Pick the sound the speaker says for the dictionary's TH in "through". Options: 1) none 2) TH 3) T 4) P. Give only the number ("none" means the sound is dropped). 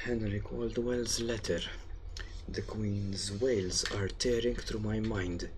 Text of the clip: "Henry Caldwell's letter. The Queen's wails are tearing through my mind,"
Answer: 3